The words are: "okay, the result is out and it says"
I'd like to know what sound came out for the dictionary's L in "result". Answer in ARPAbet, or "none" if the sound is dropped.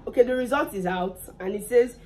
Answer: L